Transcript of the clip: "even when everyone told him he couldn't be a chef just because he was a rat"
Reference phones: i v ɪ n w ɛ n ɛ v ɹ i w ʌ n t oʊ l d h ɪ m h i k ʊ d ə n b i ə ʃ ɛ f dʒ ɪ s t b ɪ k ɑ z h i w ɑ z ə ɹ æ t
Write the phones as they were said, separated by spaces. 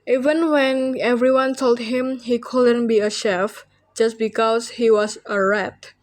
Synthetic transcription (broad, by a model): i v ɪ n w ɛ n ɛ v ɹ i w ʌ n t oʊ l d h ɪ m h i k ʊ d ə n b i ə ʃ ɛ f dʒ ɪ s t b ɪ k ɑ s h i w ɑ s ə ɹ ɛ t